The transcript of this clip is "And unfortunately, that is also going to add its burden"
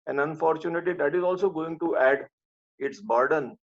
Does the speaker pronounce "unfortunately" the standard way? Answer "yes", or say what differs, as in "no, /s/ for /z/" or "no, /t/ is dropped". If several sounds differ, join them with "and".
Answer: no, /l/ is dropped